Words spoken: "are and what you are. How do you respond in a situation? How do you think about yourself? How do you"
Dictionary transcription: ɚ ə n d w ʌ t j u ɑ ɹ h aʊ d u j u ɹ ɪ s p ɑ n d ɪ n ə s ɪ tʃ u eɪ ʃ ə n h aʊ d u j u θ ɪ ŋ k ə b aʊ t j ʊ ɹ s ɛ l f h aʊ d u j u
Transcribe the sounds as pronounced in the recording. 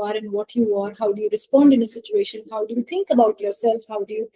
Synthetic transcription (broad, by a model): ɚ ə n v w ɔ t j u ɑ ɹ h aʊ d u j u ɹ ɪ s p ɑ n d ɪ n ə s ɪ tʃ u eɪ ʃ ə n h aʊ d u j u t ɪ ŋ k ə b aʊ t j ʊ ɹ s ɛ l f h aʊ d u j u